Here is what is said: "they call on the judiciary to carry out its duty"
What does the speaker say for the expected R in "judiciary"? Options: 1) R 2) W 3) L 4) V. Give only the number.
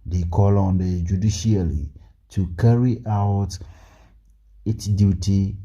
3